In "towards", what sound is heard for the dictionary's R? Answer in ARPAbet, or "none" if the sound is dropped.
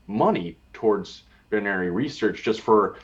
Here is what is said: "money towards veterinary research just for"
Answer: R